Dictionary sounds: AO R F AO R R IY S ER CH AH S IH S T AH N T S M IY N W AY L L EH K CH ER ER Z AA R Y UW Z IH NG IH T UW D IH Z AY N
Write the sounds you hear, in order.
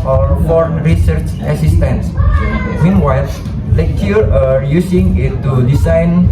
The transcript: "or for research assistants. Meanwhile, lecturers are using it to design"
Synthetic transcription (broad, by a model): AO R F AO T R IY S ER CH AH S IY S T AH N S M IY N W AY L L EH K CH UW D AA R Y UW S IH NG IH T UW D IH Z AY N